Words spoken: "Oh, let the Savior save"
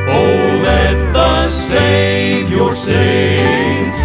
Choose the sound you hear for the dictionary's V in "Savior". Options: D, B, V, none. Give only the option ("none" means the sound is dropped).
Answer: none